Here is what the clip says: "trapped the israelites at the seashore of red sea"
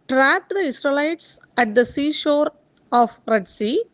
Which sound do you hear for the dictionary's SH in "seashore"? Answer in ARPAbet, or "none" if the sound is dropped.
SH